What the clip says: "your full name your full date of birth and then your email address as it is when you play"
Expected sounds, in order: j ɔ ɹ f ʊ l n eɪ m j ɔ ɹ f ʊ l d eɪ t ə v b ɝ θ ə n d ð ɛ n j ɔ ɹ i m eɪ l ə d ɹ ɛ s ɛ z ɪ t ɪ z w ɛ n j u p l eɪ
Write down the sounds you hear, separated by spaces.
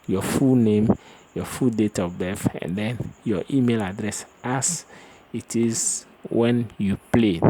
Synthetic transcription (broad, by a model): j ɔ f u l n eɪ m j ɔ f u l d eɪ t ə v b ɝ f ə n d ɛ n j ɔ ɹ i m eɪ l ə d ɹ ɛ s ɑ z ɪ t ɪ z w ɛ n j u p l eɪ